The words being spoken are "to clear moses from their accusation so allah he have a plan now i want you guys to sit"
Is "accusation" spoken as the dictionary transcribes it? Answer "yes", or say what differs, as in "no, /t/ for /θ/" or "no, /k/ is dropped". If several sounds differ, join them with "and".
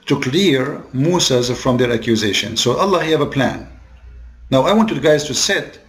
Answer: yes